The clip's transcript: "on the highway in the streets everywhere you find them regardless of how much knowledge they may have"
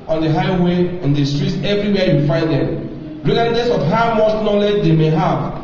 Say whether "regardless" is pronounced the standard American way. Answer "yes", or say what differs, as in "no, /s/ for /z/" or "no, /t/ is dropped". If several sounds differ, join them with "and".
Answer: no, /l/ is dropped